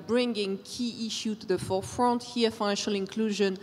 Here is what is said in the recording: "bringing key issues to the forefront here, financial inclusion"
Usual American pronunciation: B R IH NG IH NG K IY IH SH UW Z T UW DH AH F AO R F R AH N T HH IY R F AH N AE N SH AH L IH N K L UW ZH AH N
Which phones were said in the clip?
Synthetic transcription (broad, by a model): B R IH NG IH NG K IY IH SH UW T UW DH AH F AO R F R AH N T HH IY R F AH N AE N SH AH L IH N K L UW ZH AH N